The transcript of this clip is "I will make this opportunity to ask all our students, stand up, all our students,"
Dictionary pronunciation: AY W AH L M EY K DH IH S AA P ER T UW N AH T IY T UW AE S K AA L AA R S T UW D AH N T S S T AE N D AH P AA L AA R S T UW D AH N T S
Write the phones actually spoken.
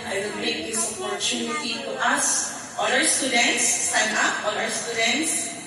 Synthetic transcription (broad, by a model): AY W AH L M EY K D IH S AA P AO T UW N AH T IY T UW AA S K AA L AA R S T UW D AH N T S S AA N AA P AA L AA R S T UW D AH N T S